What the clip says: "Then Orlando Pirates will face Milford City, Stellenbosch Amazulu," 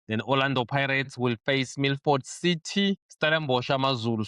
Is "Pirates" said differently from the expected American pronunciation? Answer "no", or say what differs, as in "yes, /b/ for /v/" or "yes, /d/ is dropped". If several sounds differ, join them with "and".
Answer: no